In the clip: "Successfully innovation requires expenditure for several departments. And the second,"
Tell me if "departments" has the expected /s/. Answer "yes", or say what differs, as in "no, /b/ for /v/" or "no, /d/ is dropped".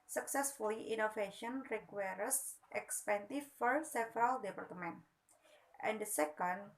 no, /s/ is dropped